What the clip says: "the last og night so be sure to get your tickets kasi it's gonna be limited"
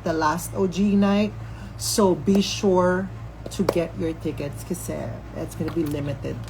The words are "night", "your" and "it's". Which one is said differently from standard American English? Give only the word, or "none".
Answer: none